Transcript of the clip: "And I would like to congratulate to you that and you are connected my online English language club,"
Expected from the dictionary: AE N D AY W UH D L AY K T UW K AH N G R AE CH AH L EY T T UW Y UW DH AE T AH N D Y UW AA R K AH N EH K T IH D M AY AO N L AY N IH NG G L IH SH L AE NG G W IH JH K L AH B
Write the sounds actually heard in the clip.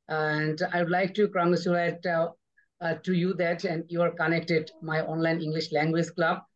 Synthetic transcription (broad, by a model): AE N D AY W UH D L AY K T UW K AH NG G AH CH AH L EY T T UW Y UW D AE T AH N D Y UW AA R K AH N EH K T IH D M AY AO N L AY N IH NG G L IH SH L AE NG G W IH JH K L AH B